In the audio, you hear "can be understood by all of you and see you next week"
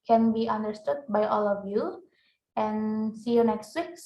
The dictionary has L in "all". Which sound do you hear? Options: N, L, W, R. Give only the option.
L